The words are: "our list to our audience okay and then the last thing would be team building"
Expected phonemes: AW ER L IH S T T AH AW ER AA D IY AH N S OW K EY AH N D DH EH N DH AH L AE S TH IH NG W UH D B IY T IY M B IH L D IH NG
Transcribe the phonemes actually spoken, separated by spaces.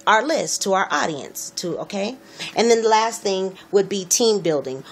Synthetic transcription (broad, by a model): AW ER L IH S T T AH AW ER AA D IY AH N S OW K EY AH N DH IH N DH AH L AE S TH IH NG W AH D B IY T IY M B IH L D IH NG